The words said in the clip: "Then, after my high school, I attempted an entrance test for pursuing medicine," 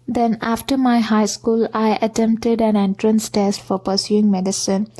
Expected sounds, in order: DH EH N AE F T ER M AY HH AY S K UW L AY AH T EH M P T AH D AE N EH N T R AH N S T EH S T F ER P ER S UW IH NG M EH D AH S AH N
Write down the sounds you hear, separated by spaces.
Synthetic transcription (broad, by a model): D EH N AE F T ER M AY HH AY S K UW L AY AH T EH M P T AH D AE N EH N T R AH N S T EH S T F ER P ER S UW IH NG M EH D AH S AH N